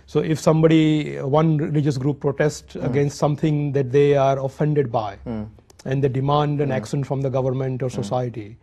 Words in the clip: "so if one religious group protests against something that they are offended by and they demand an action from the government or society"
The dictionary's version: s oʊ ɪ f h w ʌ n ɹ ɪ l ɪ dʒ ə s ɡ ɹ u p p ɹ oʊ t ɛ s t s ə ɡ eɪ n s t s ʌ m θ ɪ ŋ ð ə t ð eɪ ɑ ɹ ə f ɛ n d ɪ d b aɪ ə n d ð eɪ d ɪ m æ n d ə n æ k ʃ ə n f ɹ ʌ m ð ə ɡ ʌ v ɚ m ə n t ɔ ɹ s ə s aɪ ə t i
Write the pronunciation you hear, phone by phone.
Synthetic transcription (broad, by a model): s oʊ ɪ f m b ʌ n ɹ ɪ l ɪ dʒ ə s ɡ ɹ u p p ɹ oʊ t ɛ s t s ə ɡ eɪ n s t s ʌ m t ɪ ŋ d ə t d eɪ ɑ ɹ ə f ɛ n d ɪ d b aɪ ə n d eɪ d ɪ m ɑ n d ə n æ k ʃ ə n f ɹ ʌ m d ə ɡ ʌ v ɚ m ə n t ɔ ɹ s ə s aɪ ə t i